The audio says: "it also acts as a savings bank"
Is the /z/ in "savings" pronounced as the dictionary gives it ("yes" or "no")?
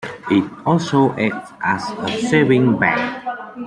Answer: no